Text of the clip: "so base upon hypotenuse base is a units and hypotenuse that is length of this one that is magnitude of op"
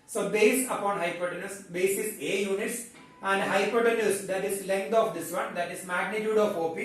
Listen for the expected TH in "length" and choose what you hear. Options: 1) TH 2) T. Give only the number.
2